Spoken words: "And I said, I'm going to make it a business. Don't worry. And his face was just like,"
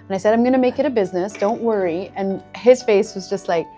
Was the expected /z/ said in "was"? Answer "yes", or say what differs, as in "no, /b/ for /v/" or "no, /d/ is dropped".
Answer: yes